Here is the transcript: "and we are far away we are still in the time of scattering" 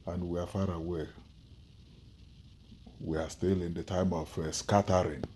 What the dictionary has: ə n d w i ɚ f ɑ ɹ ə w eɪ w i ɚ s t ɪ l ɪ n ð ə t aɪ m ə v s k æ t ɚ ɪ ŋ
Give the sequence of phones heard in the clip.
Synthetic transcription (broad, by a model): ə n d w i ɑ f ɑ ɹ ə w eɪ w i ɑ s t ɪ l ɪ n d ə t aɪ m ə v s k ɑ t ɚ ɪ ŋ